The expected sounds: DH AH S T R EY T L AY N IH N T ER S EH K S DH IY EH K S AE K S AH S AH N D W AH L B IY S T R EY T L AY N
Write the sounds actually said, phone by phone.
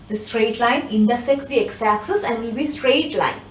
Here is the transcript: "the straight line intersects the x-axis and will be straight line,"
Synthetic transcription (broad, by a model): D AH S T R EY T L AY N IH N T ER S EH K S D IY EH K S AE S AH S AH N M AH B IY S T R EY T L AY N